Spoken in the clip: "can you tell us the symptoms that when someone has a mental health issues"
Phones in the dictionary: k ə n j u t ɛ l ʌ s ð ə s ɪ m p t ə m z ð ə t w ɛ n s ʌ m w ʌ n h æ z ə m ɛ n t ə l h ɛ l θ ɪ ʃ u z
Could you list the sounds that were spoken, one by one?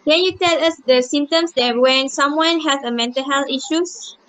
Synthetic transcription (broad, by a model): k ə n j u t ɛ l ʌ s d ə s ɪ m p t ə m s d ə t w ɛ n s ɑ m w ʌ n h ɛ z ə m ɛ n t ə l h ɛ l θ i ʃ u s